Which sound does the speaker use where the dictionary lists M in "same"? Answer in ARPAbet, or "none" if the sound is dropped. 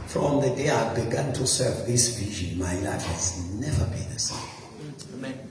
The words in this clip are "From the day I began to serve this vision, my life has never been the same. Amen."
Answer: none